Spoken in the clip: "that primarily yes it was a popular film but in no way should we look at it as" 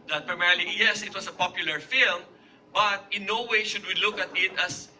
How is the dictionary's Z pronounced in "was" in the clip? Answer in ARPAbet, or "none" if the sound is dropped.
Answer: S